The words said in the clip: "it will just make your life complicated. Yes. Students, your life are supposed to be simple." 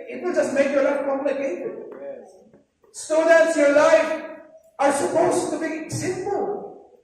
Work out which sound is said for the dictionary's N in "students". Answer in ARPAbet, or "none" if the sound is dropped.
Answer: none